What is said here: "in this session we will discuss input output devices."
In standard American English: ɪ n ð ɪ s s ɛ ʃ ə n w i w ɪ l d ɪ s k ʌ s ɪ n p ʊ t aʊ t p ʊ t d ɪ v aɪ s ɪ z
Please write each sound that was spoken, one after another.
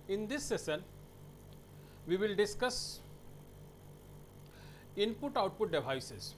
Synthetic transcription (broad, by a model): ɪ n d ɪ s s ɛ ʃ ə n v i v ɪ l d ɪ s k ʌ s ɪ n p ʊ t aʊ t p ʊ t d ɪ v aɪ s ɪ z